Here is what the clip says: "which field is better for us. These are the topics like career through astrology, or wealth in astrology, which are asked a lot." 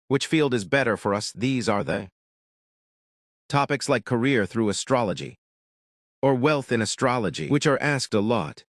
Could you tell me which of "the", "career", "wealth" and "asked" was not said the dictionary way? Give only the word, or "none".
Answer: none